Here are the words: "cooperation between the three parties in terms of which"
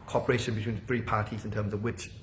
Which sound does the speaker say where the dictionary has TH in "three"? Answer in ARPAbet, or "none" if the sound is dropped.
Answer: TH